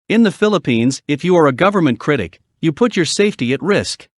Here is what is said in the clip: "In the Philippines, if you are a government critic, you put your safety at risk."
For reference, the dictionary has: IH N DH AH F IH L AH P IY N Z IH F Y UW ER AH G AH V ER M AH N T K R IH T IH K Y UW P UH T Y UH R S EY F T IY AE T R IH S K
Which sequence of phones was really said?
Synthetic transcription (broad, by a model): IH N DH AH F IH L AH P IY N Z IH F Y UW ER AH G AH V ER M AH N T K R IH T IH K Y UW P UH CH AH R S EY F T IY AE T R IH S K